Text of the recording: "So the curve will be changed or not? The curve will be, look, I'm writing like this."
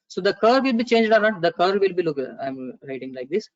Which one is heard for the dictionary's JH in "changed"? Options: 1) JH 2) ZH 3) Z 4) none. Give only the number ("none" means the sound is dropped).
1